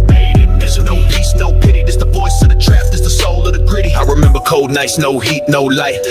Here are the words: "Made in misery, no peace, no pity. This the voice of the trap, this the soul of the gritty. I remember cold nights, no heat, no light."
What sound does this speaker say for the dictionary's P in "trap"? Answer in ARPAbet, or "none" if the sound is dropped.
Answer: F